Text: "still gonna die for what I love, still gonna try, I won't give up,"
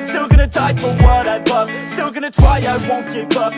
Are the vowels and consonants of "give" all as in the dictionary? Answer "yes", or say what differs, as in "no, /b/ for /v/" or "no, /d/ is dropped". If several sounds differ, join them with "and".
no, /f/ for /v/